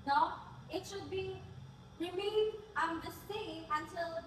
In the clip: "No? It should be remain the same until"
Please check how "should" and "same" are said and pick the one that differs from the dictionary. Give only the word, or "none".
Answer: same